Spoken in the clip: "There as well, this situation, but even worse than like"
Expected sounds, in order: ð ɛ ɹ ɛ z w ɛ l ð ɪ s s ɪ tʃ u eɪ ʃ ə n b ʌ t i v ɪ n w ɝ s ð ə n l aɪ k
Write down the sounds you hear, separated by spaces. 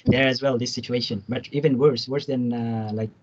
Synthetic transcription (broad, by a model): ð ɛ ɹ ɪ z w ɛ l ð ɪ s s ɪ tʃ u eɪ ʃ ə n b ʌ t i v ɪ n w ɝ s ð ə n l aɪ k